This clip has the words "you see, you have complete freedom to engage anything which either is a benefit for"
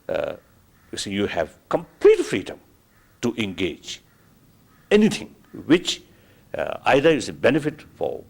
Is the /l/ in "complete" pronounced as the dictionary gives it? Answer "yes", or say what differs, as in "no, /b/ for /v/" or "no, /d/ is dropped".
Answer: yes